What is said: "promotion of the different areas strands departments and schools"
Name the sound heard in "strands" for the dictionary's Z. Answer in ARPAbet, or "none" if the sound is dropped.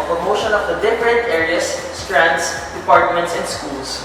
S